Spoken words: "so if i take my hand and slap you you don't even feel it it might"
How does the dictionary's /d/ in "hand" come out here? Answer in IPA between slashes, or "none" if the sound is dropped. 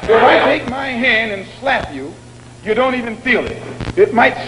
/d/